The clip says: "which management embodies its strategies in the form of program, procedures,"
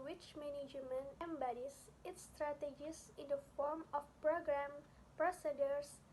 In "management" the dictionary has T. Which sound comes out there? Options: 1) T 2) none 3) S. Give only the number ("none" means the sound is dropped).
2